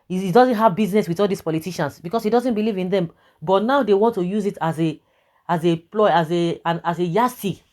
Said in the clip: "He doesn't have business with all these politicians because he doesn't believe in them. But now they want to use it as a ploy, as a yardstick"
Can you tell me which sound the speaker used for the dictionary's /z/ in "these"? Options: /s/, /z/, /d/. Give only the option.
/s/